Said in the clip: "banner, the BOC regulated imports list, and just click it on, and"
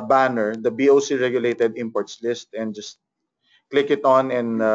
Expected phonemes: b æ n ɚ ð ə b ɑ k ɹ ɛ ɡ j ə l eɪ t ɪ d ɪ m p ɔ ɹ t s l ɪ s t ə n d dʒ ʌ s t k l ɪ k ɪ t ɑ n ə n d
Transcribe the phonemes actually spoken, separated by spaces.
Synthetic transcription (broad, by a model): b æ n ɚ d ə b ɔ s ɹ ɛ ɡ j ə l eɪ t ɪ d ɪ m p ɔ ɹ t s l ɪ s t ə n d dʒ ʌ s t k l ɪ k ɪ t ɑ n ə n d